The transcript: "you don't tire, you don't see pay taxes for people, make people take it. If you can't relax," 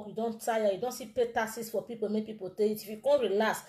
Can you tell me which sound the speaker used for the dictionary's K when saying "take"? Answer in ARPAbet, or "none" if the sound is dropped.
none